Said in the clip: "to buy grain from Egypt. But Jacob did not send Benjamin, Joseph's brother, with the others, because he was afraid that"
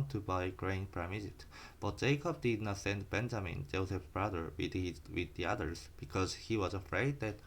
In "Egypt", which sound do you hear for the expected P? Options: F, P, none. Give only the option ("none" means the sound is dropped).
none